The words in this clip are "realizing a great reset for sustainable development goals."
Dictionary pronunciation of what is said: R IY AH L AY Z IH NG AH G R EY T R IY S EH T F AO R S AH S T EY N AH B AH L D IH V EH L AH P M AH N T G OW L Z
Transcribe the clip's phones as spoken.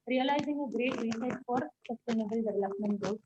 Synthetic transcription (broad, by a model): R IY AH L AY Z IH NG AH G R EY T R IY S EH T F AO R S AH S T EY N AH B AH L D IH V EH L AH P M AH N T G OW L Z